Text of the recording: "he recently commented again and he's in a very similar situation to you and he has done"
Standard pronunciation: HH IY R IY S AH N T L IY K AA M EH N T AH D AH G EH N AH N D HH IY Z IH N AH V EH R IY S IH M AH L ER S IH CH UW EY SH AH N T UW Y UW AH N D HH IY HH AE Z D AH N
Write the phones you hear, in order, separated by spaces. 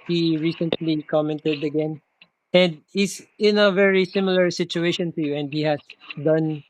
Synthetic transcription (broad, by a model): HH IY R IY S AH N T L IY K AA M EH N T AH D AH G EH N AH N D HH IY S IH N AH V EH R IY S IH M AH L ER S IH CH UW EY SH AH N T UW Y UW AH N D HH IY HH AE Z D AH N